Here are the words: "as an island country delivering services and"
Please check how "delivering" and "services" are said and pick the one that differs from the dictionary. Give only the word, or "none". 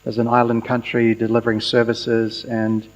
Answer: none